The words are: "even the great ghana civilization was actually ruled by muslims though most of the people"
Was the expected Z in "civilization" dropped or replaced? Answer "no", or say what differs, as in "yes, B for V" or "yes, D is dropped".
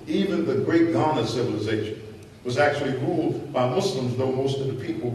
no